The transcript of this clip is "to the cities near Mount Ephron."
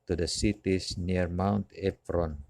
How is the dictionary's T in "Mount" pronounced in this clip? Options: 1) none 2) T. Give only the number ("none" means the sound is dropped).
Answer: 2